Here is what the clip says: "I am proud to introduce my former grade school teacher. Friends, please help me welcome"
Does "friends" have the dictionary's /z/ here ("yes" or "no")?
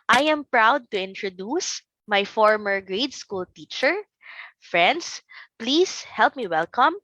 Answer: no